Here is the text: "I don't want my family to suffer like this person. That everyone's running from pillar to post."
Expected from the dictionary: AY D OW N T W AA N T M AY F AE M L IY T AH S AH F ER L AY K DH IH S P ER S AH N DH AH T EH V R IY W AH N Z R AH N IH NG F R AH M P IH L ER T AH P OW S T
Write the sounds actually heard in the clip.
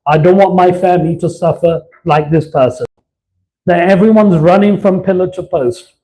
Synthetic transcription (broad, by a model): AY D OW N T W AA N M AY F AE M L IY T AH S AH F ER L AY K DH IH S P ER S AH N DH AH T EH V R IY W AH N Z R AH N IH NG F R AH M P IH L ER T AH P OW S T